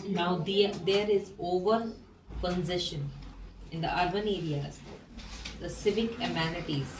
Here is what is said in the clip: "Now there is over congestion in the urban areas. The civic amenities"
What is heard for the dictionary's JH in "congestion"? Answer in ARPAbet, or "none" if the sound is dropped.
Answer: Z